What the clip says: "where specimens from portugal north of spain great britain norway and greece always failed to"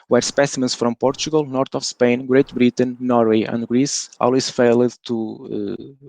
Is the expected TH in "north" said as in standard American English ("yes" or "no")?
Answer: no